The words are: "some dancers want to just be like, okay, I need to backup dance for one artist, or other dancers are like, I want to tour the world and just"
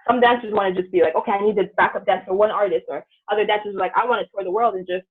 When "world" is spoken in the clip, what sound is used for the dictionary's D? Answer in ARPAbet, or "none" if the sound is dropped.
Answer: D